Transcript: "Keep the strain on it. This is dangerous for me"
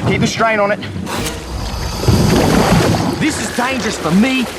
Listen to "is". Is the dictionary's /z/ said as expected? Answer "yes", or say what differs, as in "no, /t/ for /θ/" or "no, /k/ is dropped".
yes